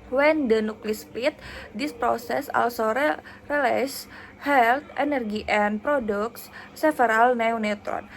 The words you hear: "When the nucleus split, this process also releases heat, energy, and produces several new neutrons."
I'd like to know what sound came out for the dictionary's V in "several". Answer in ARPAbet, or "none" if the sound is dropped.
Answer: F